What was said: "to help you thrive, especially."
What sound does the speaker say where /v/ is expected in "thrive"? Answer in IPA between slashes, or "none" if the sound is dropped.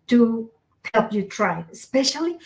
none